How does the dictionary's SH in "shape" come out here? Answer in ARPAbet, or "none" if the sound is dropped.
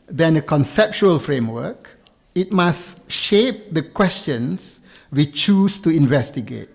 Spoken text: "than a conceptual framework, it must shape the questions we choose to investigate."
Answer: SH